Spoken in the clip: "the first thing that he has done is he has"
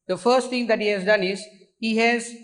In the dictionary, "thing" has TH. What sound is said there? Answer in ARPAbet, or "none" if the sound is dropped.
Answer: T